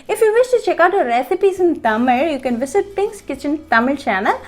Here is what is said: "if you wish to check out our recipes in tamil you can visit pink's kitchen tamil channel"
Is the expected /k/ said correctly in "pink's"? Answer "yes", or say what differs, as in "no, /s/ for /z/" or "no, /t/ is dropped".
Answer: yes